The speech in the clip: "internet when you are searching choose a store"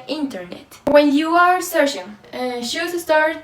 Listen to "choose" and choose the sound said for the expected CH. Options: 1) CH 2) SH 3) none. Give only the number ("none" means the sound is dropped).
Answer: 2